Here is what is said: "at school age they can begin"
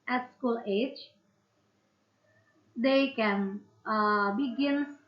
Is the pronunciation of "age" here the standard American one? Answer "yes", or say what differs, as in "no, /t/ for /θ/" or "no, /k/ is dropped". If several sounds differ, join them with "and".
yes